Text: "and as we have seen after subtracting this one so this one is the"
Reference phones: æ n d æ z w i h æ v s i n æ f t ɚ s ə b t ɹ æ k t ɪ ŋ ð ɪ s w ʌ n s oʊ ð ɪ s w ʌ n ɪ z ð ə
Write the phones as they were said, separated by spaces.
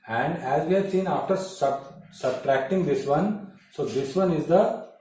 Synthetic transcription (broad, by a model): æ n d æ z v i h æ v s i n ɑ f t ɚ s ə b t ɹ æ k t ɪ ŋ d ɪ s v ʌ n s oʊ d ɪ s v ʌ n ɪ z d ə